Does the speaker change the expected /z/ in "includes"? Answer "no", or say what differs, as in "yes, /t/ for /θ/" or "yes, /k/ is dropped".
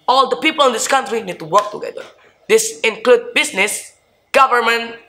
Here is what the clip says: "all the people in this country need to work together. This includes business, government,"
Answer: yes, /z/ is dropped